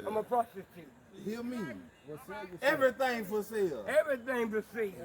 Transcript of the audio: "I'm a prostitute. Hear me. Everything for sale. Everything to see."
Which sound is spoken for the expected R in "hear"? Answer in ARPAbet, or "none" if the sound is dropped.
L